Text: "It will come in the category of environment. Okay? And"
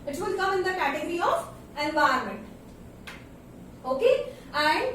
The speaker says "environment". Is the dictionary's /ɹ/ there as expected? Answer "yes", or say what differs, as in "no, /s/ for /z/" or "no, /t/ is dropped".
no, /ɹ/ is dropped